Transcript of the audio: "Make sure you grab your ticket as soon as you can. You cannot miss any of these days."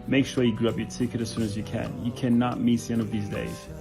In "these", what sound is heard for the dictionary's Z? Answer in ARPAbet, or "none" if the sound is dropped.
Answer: Z